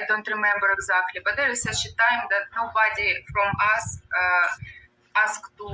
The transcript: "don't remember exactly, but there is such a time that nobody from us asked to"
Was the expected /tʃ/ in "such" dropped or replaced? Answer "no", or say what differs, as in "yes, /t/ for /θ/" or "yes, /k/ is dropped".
yes, /ʃ/ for /tʃ/